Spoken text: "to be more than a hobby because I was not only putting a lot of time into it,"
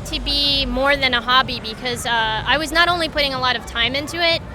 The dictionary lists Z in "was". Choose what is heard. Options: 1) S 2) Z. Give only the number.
2